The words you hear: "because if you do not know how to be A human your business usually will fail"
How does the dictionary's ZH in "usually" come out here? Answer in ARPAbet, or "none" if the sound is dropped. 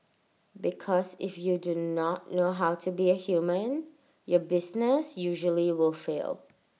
ZH